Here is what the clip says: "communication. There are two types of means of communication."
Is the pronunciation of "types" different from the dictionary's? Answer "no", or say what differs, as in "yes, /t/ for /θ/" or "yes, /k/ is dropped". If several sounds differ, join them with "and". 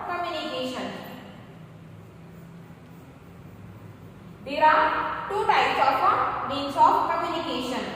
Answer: yes, /p/ is dropped